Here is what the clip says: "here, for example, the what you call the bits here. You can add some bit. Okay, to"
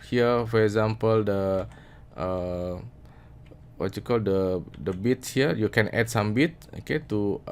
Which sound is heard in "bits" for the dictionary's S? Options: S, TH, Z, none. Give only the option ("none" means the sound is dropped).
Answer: none